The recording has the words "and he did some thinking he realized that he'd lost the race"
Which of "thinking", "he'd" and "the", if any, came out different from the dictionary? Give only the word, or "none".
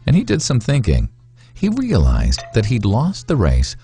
none